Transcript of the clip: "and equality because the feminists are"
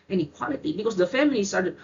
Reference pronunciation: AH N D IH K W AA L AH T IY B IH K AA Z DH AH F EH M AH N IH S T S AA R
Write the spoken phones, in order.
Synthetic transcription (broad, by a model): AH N IH K W AA L AH T IY B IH K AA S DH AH F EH M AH L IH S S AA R